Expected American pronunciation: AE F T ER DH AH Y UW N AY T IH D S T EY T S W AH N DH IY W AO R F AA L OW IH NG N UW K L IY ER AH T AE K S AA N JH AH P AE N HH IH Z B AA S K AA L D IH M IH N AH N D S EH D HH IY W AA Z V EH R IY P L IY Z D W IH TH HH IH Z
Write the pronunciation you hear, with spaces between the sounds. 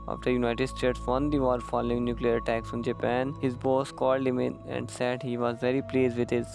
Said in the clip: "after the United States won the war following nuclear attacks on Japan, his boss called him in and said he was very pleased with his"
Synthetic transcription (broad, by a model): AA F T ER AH Y UW N AY T IH D S T EY T S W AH N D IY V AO R F AA L OW IH NG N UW K L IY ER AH T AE K S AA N JH AH P AE N HH IH Z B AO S K AA L D IH M IH N AH N D S EH D HH IY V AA Z V EH R IY P L IY Z D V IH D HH IH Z